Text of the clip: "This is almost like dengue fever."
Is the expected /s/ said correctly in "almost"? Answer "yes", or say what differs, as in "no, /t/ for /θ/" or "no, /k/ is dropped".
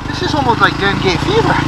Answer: no, /s/ is dropped